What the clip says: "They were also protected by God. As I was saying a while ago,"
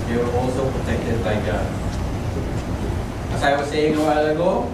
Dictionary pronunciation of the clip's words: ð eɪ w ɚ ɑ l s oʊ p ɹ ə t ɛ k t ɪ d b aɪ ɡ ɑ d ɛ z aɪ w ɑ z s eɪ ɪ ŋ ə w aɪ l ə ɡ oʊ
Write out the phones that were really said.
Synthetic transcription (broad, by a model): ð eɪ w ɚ ɑ l s oʊ p ɹ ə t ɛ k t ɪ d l aɪ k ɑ ɛ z aɪ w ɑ s eɪ ɪ ŋ ə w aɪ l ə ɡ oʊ